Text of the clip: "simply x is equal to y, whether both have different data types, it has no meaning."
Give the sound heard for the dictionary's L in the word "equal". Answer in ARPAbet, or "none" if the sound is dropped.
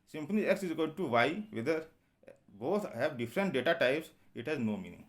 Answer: N